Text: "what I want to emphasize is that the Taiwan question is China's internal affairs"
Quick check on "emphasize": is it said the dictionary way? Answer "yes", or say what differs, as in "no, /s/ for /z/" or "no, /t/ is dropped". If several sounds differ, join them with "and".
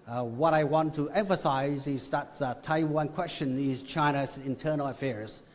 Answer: yes